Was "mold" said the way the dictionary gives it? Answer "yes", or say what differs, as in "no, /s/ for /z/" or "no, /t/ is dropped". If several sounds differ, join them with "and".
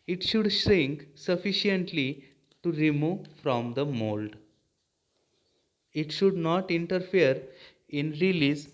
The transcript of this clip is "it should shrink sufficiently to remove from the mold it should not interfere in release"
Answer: yes